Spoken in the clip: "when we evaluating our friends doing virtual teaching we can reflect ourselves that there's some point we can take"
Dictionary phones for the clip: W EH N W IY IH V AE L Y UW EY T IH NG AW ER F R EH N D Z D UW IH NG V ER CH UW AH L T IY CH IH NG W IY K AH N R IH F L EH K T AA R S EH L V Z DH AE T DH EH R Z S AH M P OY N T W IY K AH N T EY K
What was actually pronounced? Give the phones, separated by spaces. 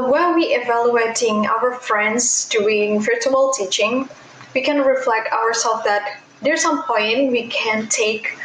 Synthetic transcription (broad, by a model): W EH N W IY IH V AE L Y UW EY T IH NG AW ER F R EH N D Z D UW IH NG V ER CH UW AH L T IY CH IH NG W IY K AH N R IH F L EH K T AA R S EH L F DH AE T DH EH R S AH M P OY N T W IY K AH N T EY K